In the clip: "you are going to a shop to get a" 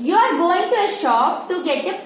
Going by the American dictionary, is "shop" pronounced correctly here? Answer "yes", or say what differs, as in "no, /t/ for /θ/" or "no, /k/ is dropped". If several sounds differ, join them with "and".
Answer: yes